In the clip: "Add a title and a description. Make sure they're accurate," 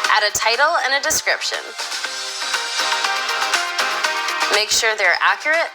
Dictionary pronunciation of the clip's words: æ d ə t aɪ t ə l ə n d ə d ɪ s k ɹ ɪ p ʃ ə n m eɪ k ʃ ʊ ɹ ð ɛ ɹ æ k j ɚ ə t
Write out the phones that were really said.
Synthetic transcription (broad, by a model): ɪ d ə t aɪ t l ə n ə d ɪ s k ɹ ɪ p ʃ ə n m eɪ k ʃ ʊ ɹ ð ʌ ɹ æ k j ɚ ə t